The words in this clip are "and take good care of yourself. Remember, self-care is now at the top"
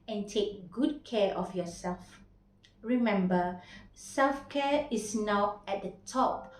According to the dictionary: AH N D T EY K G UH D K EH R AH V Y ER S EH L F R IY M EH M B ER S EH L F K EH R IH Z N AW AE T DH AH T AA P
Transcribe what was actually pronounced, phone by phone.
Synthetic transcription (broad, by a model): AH N T EY K G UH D K EH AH F Y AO S EH L F R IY M EH M B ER S EH L F K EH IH S N AW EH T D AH T AA P